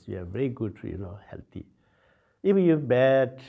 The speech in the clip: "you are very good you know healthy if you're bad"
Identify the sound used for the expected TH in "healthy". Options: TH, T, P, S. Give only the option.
T